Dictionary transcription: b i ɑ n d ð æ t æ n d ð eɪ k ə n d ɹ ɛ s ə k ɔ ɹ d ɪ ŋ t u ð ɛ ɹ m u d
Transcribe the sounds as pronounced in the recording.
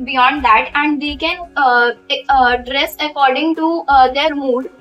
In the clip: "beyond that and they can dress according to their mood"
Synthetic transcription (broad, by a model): b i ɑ n d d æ t æ n d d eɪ k ə n d ɹ ɛ s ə k ɔ ɹ d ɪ ŋ t u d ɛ ɹ m u d